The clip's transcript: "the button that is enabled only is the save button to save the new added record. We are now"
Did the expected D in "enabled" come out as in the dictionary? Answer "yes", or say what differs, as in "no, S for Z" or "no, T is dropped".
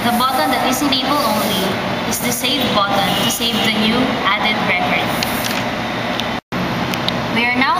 no, D is dropped